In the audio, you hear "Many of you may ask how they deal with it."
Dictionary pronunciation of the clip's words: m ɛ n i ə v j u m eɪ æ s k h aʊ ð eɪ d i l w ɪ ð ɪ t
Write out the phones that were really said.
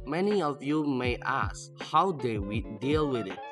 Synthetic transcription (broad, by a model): m ɛ n i ə v j u m eɪ æ s k h aʊ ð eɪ d i l w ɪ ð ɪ t